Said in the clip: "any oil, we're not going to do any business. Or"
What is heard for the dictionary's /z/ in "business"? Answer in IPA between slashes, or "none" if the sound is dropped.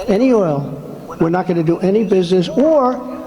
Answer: /z/